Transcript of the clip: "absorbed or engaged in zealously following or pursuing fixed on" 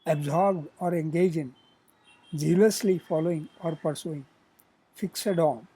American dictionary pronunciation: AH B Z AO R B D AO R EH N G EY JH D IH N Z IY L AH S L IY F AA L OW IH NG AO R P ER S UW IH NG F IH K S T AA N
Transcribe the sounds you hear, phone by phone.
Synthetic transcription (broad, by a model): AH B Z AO R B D AO R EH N G EY JH IH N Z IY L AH S L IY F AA L OW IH NG AO R P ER S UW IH NG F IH K S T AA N